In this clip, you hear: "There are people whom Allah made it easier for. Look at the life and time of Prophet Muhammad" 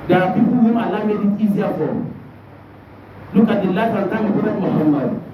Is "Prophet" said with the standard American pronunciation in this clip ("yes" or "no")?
no